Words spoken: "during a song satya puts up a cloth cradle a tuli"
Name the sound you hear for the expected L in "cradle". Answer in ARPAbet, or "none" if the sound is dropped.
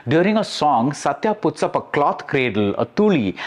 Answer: L